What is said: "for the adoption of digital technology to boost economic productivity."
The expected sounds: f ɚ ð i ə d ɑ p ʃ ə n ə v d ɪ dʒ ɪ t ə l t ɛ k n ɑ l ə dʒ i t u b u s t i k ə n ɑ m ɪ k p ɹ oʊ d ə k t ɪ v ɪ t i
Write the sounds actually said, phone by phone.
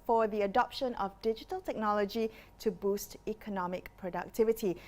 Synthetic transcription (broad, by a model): f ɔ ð i ə d ɑ p ʃ ə n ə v d ɪ dʒ ɪ t ə l t ɛ k n ɑ l ə dʒ i t u b u s t i k ə n ɑ m ɪ k p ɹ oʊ d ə k t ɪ v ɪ t i